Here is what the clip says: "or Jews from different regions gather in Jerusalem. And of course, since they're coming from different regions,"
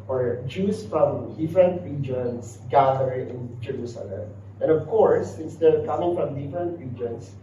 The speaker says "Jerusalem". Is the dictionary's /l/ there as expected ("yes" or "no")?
yes